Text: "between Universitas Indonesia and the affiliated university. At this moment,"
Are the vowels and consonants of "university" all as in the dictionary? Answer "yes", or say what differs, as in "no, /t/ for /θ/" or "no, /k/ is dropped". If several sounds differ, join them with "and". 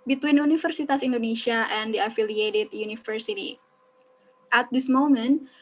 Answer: no, /f/ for /v/